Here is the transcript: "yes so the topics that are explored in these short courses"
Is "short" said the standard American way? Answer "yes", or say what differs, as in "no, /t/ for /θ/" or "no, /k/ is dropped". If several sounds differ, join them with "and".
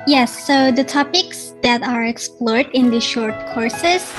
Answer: yes